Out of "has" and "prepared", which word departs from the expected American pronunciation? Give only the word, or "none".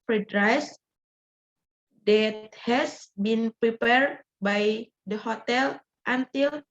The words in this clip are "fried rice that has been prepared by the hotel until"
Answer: has